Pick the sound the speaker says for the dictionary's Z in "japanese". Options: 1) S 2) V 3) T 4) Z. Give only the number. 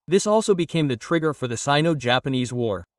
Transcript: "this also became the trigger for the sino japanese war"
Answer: 4